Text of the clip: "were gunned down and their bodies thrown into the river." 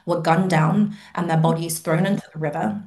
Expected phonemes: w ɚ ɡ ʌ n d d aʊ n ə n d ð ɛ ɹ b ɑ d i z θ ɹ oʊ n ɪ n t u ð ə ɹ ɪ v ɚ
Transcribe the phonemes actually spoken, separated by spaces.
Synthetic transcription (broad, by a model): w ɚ ɡ ʌ n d d aʊ n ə n ð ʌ b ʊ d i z θ ɹ oʊ n ɪ n t u ð ə ɹ ɪ v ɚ